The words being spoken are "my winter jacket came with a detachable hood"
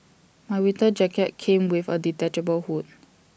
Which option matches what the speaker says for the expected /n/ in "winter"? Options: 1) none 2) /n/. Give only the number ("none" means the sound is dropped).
1